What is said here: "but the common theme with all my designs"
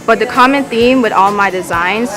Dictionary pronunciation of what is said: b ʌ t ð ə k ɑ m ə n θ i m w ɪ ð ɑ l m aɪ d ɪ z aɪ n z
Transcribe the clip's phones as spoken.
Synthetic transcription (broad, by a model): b ʌ t ð ə k ɑ m ə n θ i m w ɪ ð ɑ l m aɪ d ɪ z aɪ n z